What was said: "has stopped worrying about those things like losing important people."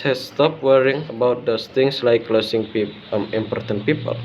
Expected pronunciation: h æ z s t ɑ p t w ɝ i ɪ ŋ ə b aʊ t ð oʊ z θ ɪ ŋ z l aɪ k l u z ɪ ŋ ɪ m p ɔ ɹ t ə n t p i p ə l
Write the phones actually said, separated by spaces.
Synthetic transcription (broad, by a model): h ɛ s s t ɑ p w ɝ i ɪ ŋ ə b aʊ t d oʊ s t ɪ ŋ s l aɪ k l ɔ s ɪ ŋ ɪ m p ɔ ɹ t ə n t p i p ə l